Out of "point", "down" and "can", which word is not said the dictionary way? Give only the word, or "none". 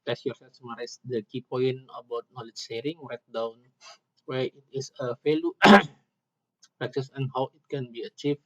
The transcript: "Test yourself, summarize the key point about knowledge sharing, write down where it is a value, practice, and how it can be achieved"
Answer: point